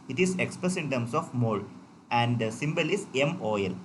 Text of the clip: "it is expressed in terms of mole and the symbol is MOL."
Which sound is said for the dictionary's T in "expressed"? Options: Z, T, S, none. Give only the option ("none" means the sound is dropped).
none